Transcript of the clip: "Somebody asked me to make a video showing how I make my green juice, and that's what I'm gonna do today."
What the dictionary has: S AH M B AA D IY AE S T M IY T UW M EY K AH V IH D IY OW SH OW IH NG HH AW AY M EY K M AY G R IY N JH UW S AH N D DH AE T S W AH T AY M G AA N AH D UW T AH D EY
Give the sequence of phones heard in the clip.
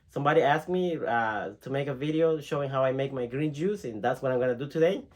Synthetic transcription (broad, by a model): S AH M B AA D IY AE S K M IY T UW M EY K AH V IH D IY OW SH OW IH NG HH AW AY M EY K M AY G R IY N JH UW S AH N DH AE T S W AH T AY M G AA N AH D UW T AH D EY